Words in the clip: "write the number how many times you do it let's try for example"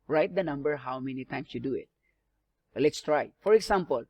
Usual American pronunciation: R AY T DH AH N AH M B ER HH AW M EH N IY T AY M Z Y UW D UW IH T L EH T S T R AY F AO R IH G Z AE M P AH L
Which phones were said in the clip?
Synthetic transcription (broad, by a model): R AY T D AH N AH M B ER HH AW M EH N IY T AY M S Y UW D UW IH T L EH T S T R AY F AO R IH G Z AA M P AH L